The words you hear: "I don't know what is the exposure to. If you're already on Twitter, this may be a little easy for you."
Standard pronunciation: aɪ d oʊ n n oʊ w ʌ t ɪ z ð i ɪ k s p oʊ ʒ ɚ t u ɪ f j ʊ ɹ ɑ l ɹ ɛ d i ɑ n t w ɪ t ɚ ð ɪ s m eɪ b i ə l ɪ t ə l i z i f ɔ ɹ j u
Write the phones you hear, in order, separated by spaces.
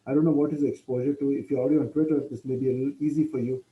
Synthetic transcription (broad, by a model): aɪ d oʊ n n oʊ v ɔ t ɪ z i ɪ k s p oʊ ʒ ɚ t u ɪ f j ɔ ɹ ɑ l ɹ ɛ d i ɑ n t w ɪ t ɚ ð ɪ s m eɪ b i ə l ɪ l i z i f ɔ ɹ j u